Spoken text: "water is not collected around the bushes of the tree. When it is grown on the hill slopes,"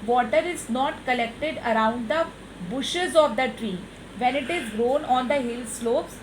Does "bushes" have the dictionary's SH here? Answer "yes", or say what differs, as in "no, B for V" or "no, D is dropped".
yes